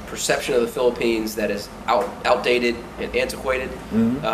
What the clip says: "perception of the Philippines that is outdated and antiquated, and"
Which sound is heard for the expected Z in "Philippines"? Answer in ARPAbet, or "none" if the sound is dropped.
Z